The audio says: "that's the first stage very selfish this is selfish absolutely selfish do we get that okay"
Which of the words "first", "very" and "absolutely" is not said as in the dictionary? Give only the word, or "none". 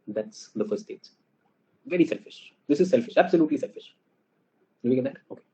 first